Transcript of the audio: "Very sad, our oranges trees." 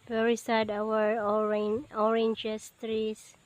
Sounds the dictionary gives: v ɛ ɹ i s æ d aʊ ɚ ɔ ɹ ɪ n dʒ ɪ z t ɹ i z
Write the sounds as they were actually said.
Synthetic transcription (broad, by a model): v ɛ ɹ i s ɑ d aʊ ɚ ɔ ɹ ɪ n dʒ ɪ s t ɹ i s